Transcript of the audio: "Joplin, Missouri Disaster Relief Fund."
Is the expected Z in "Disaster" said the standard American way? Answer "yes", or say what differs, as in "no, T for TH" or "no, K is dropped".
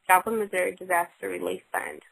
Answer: yes